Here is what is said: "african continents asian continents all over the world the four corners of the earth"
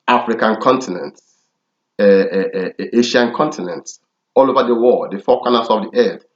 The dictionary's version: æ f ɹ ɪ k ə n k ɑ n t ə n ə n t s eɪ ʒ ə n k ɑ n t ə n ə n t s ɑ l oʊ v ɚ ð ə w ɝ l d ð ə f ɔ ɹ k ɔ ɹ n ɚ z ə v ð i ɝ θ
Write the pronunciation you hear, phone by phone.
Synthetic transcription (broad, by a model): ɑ f ɹ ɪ k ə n k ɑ n t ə n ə n t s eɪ ʃ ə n k ɑ n t ə n ə n t s ɑ l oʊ v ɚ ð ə w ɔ d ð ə f ɔ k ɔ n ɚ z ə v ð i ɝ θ